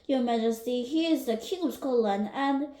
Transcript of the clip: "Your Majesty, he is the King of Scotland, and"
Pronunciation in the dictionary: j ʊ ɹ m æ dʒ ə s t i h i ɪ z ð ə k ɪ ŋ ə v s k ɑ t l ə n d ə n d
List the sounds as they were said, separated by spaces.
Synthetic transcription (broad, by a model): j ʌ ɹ m æ dʒ ə s t i h i ɪ z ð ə k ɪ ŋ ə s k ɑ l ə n ə n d